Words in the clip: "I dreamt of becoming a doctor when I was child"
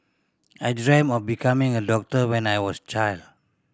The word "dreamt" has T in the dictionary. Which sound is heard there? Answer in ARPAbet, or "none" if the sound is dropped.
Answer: none